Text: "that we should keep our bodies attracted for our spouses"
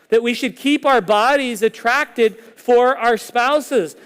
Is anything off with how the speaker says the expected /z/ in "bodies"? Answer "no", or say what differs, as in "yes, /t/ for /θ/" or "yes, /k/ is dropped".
no